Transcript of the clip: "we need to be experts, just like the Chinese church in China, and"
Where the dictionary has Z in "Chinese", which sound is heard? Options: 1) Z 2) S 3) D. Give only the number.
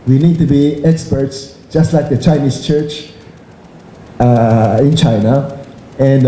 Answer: 2